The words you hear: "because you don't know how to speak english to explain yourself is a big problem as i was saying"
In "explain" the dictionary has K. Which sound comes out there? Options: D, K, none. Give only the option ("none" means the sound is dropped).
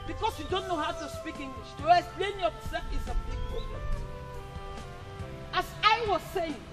none